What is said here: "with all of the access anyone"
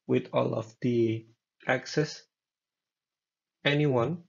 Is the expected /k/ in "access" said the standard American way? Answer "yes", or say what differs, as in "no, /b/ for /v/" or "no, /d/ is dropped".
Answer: yes